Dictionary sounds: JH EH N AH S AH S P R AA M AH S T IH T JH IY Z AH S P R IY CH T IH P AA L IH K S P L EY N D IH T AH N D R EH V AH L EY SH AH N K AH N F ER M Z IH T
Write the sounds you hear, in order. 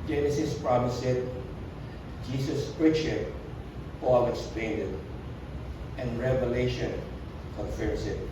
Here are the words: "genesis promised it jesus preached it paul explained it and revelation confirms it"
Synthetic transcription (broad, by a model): JH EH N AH S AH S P R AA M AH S IH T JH IY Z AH S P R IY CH IH P AA L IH K S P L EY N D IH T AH N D R EH V AH L EY SH AH N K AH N F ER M S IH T